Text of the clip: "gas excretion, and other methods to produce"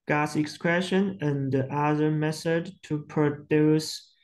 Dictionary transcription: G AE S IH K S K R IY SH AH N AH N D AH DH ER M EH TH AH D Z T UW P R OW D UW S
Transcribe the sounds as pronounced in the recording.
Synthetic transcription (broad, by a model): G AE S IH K S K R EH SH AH N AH N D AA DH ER M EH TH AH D T UW P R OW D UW S